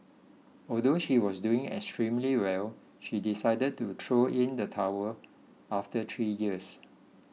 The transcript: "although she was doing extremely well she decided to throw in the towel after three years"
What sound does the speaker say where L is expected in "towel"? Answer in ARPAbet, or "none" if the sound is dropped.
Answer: W